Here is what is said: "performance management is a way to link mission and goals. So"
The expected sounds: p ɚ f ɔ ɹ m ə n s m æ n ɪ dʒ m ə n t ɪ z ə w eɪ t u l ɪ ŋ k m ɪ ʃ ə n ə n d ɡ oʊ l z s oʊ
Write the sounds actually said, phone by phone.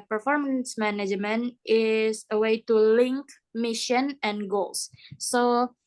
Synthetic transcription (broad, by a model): p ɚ f ɔ ɹ m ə n s m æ n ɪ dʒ m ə n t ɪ s ə w eɪ t u l ɪ ŋ k m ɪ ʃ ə n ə n ɡ oʊ l s oʊ